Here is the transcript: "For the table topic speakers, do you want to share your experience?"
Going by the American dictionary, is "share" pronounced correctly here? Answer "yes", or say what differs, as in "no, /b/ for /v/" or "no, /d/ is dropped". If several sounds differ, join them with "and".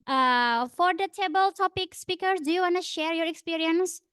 yes